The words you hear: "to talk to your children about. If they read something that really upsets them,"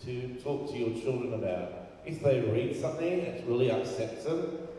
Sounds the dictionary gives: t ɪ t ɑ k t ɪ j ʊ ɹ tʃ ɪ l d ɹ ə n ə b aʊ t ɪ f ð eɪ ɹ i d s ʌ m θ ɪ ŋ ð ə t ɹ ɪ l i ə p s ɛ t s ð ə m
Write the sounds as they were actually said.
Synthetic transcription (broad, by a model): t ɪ t ɑ k t ɪ j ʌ ɹ tʃ ɪ l d ɹ ə n ə b aʊ t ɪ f ð eɪ ɹ i d s ʌ m θ ɪ ŋ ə t ɹ ɪ l i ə s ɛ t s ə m